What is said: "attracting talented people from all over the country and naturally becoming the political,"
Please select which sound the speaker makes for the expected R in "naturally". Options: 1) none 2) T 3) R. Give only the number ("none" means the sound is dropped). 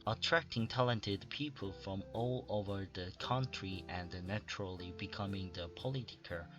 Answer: 3